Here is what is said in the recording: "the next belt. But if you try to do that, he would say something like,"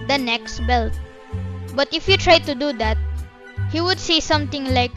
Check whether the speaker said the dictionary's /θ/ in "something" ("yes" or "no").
no